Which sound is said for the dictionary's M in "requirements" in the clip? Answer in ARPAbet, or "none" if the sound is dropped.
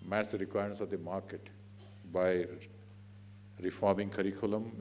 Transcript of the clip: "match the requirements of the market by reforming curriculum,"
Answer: none